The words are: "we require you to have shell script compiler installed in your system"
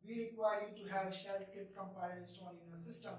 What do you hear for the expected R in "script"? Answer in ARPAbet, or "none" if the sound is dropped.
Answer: none